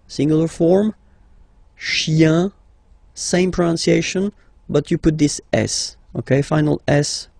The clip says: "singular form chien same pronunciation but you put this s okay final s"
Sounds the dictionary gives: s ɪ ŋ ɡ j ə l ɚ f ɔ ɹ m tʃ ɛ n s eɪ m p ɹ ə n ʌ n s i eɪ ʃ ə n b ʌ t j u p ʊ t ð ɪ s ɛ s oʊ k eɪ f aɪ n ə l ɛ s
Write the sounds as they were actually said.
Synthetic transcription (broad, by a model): s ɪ ŋ ɡ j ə l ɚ f ɔ ɹ m ʃ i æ s eɪ m p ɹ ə n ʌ n s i eɪ ʃ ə n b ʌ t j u p ʊ t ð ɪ s ɛ s oʊ k eɪ f aɪ n ə l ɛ s